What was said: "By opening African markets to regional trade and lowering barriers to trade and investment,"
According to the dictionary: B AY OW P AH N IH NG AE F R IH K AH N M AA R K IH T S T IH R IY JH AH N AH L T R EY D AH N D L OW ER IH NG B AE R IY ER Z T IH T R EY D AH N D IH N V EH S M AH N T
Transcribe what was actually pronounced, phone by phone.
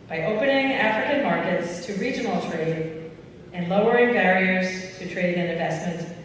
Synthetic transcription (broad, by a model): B AY OW P AH N IH NG AE F R IH K AH N M AA R K IH T S T IH R IY JH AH N L T R EY D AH N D L OW ER IH NG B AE R IY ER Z T IH T R EY D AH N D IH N V EH S M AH N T